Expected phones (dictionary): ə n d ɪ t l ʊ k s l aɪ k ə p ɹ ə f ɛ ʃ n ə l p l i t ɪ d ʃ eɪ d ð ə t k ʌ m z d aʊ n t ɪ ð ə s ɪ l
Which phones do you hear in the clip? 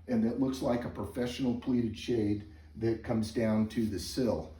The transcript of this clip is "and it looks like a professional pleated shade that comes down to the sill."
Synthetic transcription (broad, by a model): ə n ɪ t l ʊ k s l aɪ k ə p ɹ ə f ɛ ʃ n l p l i t ɪ d ʃ eɪ d ð ə t k ʌ m z d aʊ n t ɪ ð ə s ɪ l